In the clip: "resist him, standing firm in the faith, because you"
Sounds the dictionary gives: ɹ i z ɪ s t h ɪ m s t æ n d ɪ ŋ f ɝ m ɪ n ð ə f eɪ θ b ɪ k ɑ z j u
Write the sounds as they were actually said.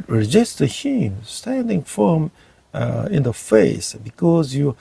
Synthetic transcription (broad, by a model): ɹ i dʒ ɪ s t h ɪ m s t æ n d ɪ ŋ f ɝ m ɪ n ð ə f eɪ s b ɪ k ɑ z j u